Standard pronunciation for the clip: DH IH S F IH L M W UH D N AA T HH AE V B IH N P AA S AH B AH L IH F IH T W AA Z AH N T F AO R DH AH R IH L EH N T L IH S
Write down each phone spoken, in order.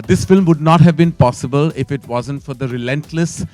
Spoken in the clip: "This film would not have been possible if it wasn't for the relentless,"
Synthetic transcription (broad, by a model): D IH S F IH L M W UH D N AA T HH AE V B IH N P AA S AH B AH L IH F IH T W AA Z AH N T F AO R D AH R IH L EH N T L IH S